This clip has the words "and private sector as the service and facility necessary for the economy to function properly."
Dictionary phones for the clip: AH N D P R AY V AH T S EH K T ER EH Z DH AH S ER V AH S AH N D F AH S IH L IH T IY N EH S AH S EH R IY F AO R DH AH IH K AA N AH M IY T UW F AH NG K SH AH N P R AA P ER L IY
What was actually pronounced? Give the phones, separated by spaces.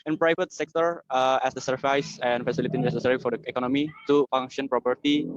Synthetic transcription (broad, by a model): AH N P R AY V AH T S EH K T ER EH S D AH S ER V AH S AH N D F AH S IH L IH T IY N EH S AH S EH R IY F AO R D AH IH K AA N AH M IY T UW F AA NG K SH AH N P R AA P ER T IY